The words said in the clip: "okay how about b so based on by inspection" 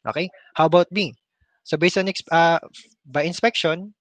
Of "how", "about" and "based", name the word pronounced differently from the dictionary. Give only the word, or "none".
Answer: based